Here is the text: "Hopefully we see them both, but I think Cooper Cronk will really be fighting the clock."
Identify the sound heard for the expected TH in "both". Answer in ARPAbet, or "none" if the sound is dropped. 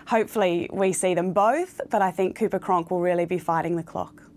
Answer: TH